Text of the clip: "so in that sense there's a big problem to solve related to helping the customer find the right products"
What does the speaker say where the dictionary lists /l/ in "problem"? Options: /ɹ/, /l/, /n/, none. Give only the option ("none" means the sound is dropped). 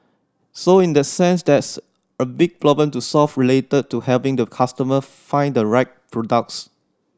none